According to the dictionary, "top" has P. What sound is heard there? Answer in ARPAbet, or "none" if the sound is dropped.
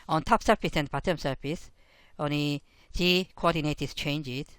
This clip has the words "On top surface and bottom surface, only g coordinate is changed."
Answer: P